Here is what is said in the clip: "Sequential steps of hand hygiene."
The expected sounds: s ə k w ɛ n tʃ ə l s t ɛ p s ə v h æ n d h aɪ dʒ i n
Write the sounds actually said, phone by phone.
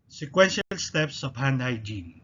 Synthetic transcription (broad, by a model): s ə k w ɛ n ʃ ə l s t ɛ p s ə p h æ n d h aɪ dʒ i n